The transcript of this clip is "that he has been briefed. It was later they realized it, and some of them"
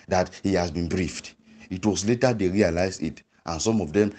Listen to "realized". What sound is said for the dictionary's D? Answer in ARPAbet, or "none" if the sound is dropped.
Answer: none